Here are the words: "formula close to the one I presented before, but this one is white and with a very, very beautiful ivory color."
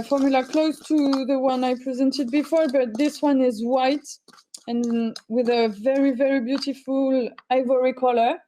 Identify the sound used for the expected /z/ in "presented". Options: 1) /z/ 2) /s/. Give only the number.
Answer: 1